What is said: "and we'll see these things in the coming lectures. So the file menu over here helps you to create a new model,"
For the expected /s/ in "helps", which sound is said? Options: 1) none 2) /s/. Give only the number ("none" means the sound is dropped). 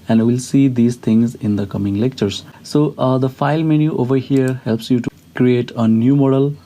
2